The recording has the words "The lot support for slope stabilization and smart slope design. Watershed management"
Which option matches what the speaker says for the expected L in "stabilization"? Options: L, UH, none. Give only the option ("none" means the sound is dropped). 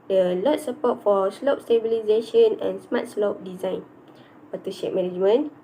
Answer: L